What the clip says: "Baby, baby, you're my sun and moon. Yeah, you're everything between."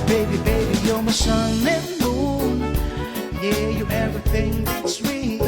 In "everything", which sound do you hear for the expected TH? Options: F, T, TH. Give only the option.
TH